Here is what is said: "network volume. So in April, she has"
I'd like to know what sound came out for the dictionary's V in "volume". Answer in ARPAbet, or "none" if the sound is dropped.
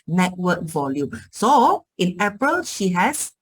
V